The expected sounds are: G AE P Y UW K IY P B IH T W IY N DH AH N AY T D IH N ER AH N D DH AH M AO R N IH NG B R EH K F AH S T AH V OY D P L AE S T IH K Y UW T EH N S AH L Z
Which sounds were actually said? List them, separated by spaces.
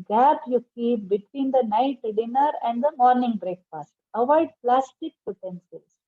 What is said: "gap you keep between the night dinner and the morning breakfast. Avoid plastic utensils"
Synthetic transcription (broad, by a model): G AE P Y UW K IY P B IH T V IY N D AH N AY T D IH N ER AH N D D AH M AO R N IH NG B R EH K P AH S T AH V OY D P L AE S T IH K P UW T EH N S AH L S